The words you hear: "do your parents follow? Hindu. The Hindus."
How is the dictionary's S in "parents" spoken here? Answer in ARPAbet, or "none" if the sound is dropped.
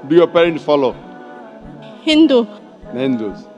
none